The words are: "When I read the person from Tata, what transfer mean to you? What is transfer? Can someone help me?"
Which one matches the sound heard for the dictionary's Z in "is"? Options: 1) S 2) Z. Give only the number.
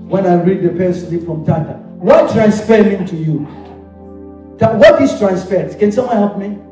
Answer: 1